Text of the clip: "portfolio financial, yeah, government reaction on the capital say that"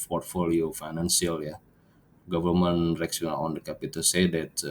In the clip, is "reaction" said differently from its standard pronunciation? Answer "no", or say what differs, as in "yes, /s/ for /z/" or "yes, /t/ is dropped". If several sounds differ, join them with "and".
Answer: yes, /s/ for /ʃ/